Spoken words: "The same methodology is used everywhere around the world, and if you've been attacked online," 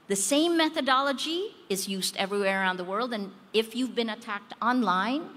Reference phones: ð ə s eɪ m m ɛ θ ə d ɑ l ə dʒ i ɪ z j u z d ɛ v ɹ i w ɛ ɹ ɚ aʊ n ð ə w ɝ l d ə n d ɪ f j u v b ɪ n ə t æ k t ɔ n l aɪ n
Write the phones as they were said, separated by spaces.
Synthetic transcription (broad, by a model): ð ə s eɪ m m ɛ θ ə d ɑ l ə dʒ i ɪ z j u z d ɛ v ɹ i w ɛ ɹ ɚ aʊ n ð ə w ɝ l d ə n ɪ f j u v b ɪ n ə t æ k t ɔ n l aɪ n